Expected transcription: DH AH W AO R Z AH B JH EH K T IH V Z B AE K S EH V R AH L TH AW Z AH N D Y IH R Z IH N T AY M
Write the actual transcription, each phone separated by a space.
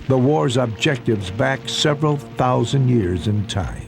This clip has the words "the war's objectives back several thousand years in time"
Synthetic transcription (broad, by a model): DH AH W AO R Z AH B JH EH K T IH V Z B AE K S EH V R AH L TH AW Z AH N D Y IH R Z IH N T AY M